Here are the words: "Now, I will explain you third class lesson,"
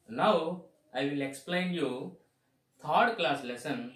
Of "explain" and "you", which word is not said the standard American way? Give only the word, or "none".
none